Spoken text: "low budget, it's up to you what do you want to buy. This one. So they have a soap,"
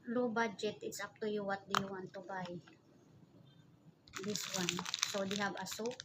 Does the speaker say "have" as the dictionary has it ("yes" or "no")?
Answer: no